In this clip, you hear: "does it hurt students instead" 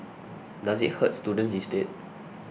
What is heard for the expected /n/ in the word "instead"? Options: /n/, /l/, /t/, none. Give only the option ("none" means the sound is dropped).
none